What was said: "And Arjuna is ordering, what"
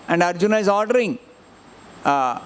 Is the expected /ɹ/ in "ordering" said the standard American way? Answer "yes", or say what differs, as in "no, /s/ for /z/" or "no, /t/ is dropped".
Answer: yes